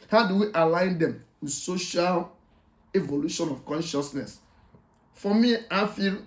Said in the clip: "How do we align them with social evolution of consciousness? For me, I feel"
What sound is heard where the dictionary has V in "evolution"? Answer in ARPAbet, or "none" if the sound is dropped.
V